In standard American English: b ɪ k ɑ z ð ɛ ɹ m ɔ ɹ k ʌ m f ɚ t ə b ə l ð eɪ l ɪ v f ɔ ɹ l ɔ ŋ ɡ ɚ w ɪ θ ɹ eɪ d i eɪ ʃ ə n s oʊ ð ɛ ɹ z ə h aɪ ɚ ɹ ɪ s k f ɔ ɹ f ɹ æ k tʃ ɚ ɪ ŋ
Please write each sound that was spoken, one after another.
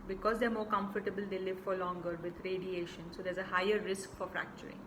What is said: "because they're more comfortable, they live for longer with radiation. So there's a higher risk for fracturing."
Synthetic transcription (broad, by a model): b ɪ k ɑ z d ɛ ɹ m ɔ ɹ k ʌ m f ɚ t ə b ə l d eɪ l ɪ v f ɔ ɹ l ɔ ŋ ɡ ɚ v ɪ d ɹ eɪ d i eɪ ʃ ə n s oʊ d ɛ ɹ z ə h aɪ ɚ ɹ ɪ s k f ɔ ɹ f ɹ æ k tʃ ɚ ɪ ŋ